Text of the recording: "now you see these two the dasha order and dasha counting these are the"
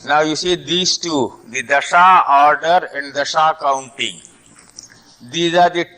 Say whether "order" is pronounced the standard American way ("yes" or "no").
yes